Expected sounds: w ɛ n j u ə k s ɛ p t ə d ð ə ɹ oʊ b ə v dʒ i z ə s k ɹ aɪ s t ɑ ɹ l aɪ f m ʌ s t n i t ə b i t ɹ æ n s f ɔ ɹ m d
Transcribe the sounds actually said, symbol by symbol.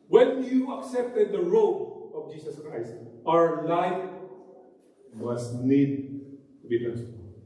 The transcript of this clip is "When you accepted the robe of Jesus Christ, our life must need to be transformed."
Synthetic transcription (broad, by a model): w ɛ n j u ə k s ɛ p t ə d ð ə ɹ oʊ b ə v dʒ i s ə s k ɹ aɪ s t ɑ ɹ l aɪ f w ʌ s n i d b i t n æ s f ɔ